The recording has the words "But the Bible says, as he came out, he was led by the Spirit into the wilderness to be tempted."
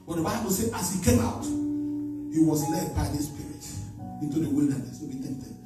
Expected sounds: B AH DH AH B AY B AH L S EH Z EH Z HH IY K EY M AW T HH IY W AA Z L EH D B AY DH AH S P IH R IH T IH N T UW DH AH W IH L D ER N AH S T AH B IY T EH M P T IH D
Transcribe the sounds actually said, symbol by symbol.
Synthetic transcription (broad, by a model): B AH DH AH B AY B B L S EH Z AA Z HH IY K EY M AW T HH IY W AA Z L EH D B AY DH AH S P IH R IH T IH N T UW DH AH W IH L D ER N AH S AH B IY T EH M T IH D